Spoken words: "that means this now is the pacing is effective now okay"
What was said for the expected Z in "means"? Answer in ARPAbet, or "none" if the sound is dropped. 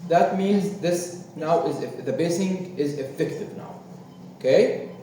Z